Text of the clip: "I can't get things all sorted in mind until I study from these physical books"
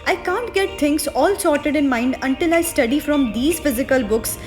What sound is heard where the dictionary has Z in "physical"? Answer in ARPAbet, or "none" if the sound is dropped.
Z